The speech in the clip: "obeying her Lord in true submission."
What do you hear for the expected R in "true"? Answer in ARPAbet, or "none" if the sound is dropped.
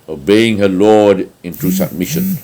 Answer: none